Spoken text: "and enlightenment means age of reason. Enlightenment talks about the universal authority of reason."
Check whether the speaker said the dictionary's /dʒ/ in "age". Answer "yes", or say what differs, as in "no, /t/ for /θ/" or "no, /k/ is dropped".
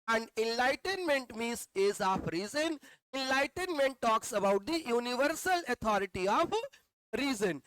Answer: no, /z/ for /dʒ/